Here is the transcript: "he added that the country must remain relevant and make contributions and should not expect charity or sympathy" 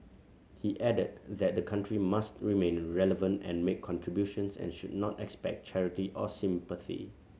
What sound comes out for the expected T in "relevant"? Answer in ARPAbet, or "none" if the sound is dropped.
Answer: T